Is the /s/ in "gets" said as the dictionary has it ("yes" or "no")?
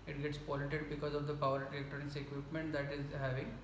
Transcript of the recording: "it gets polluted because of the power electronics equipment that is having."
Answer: yes